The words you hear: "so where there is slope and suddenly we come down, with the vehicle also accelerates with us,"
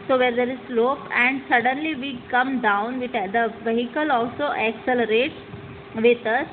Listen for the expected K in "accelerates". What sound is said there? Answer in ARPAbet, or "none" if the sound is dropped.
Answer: K